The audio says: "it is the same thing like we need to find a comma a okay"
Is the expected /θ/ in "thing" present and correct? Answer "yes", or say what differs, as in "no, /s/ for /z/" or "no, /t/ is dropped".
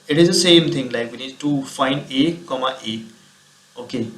no, /t/ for /θ/